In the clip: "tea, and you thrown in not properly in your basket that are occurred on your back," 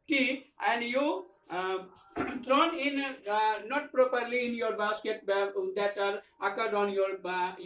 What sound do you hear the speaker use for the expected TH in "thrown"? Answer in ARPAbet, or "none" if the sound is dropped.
T